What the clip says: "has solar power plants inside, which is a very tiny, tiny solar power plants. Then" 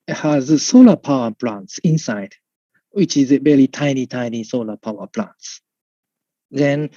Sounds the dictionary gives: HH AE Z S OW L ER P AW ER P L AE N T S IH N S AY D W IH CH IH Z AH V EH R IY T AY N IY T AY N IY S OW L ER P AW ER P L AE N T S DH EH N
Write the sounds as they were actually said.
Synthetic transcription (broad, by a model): HH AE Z S OW L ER P AW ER P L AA N T S IH N S AY D W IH CH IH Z AH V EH L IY T AY N IY T AY N IY S OW L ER P AW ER P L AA N T S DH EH N